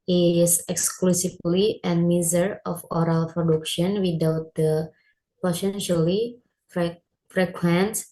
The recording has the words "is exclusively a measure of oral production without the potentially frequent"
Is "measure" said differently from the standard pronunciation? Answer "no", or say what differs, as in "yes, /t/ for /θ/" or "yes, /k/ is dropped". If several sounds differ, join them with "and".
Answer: yes, /z/ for /ʒ/